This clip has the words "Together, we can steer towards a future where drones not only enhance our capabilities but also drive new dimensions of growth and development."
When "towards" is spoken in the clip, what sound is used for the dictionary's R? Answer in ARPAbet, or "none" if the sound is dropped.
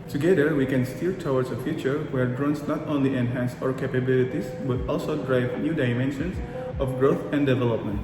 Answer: W